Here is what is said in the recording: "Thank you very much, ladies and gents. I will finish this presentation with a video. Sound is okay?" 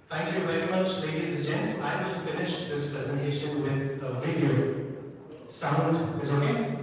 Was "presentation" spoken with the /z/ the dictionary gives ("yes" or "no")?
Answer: yes